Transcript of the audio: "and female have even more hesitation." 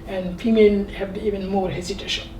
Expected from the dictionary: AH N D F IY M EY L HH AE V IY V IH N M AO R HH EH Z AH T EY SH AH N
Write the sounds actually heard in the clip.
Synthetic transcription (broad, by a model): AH N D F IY M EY N HH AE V IY V IH N M AO R HH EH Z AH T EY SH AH